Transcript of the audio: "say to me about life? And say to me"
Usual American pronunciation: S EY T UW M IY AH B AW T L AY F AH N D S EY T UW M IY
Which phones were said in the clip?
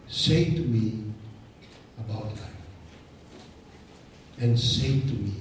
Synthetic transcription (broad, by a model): S EY T UW M IY AH B AW T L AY AH N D S EY T UW M IY